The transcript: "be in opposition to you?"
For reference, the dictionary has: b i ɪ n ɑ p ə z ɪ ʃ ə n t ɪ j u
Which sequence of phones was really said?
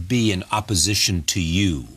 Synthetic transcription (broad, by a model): b i ɪ n ɑ p ə z ɪ ʃ ə n t ɪ j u